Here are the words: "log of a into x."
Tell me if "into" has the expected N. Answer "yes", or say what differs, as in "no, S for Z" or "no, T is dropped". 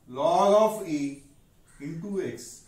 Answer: no, N is dropped